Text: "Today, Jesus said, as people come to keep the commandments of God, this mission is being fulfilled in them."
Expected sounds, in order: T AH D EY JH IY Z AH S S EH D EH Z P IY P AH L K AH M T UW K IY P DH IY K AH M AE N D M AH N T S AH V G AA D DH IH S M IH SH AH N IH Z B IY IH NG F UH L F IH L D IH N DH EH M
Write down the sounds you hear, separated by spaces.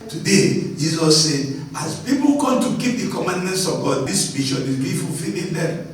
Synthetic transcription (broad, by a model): T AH D EY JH IY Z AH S S EH D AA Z P IY P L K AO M T UW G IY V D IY K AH M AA N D M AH N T S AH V G AA D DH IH S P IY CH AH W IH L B IY F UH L F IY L IH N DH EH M